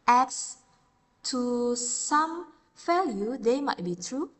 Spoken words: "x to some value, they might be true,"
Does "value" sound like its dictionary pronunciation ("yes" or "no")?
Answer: no